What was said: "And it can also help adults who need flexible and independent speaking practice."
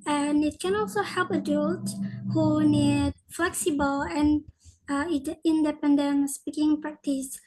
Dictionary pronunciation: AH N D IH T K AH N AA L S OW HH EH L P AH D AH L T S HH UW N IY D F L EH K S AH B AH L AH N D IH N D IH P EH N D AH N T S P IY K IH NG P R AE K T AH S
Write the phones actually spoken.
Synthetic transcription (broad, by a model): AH N IH T K AH N AA L S OW HH EH L P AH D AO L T HH UW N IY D F L EH K S AH B AH L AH N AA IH N D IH P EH N D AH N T S P IY K IH NG P R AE K T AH S